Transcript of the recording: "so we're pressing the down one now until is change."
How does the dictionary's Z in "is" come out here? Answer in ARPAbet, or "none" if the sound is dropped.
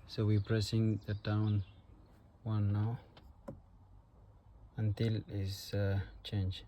S